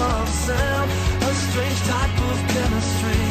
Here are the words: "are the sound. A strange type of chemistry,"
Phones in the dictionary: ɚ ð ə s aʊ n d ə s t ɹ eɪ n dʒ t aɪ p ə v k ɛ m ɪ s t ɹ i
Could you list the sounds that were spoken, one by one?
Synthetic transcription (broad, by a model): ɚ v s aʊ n ə s t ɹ eɪ n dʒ t aɪ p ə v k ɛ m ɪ s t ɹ i